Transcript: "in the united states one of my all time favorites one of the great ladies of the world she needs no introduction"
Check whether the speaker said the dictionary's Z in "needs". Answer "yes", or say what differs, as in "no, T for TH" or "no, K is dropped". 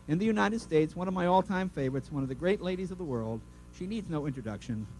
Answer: yes